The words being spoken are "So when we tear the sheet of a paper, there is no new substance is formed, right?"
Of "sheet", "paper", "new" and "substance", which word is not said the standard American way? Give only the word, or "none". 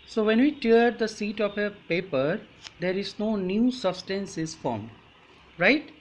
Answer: sheet